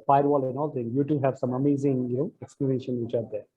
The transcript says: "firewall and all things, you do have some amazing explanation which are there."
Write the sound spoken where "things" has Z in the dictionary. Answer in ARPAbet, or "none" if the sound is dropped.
none